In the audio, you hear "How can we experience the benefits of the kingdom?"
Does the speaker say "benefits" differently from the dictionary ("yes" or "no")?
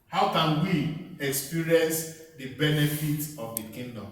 yes